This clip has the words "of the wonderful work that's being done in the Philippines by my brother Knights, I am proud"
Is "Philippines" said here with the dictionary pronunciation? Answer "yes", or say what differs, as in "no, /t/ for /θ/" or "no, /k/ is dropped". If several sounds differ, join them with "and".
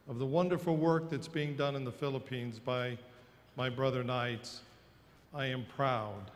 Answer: yes